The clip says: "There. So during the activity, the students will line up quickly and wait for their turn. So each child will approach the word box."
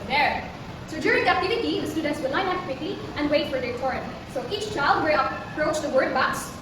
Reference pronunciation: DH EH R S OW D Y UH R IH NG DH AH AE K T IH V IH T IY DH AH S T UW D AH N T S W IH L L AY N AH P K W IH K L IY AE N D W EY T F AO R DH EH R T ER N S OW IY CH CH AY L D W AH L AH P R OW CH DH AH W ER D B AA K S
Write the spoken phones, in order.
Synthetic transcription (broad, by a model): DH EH R S OW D Y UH R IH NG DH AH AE T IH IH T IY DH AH S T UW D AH N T S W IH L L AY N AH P K W IH K L IY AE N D W EY T F AO R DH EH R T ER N S OW IY CH CH AY L D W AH AH P R OW CH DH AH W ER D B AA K S